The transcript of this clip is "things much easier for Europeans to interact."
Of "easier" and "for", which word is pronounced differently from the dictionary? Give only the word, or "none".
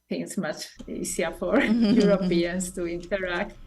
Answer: easier